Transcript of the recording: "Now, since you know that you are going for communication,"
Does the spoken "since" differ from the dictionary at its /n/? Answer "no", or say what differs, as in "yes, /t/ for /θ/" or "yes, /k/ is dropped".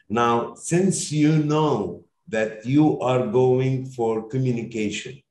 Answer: no